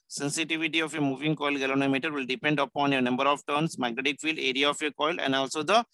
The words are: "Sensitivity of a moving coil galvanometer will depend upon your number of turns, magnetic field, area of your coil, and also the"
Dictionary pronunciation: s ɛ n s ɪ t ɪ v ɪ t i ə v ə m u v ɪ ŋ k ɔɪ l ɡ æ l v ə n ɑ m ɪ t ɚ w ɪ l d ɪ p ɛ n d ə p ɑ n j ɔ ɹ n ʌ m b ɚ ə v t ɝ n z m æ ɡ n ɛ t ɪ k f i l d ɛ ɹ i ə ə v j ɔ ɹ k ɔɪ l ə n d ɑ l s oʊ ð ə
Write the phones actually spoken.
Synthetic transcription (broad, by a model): s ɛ n s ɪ t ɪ v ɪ t i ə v ə m u v ɪ ŋ k ɔɪ l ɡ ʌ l ə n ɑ m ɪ t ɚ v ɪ l d ɪ p ɛ n d ə p ɑ n j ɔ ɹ n ʌ m b ɚ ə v t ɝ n s m æ ɡ n ɛ t ɪ k f i l d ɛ ɹ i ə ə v j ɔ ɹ k ɔɪ l ə n d ɑ l s oʊ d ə